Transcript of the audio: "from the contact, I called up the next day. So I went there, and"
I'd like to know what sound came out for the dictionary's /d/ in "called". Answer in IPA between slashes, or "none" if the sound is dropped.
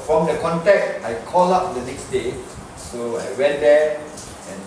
none